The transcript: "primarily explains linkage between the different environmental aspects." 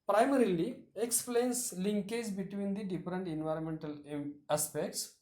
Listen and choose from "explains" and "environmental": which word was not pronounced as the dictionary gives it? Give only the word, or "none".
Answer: explains